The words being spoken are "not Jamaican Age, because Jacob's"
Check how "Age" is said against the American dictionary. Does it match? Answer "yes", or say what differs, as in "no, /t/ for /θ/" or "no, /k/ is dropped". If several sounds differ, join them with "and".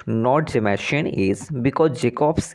no, /z/ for /dʒ/